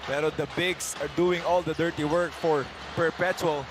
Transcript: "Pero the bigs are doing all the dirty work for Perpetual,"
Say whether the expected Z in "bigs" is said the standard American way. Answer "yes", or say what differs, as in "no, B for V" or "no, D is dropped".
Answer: no, S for Z